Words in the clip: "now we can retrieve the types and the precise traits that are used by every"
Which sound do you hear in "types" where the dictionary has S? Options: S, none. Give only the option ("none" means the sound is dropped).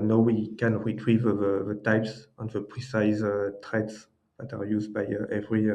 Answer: S